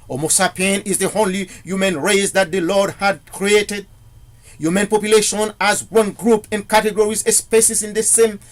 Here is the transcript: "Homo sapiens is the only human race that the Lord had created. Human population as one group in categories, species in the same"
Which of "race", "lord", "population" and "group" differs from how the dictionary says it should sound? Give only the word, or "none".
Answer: none